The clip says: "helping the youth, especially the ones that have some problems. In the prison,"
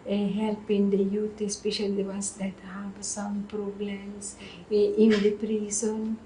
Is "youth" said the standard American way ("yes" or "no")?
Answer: no